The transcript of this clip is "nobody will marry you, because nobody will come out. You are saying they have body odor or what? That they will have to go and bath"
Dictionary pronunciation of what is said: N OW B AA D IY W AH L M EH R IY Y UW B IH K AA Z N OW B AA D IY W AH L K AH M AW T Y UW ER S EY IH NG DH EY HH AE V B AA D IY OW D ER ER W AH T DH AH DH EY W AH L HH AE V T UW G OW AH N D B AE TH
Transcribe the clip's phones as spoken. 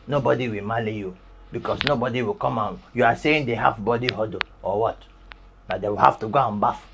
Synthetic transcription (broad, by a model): N OW B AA D IY W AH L M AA L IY Y UW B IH K AA S N OW B AA D IY W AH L K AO M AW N Y UW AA S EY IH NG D EY HH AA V B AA D IY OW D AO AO W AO T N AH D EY W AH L HH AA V T UW G OW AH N B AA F